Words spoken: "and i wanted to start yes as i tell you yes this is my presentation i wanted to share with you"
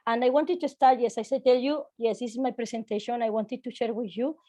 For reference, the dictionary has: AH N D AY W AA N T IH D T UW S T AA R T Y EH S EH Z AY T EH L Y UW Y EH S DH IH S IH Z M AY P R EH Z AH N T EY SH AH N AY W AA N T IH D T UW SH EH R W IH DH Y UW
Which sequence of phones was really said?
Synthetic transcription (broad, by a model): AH N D AY W AA N T IH D T UW S T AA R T Y EH S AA S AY T EH L Y UW Y EH S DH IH S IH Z M AY P R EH S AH N T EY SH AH N AY W AA N T IH D T UW SH EH R W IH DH Y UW